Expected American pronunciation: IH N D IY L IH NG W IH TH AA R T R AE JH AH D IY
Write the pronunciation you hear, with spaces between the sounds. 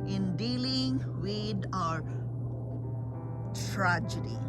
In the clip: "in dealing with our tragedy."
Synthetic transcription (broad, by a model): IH N D IY L IH NG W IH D AA R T R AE JH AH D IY